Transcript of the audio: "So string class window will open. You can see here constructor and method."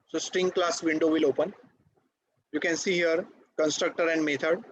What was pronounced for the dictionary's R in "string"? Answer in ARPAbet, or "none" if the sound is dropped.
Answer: R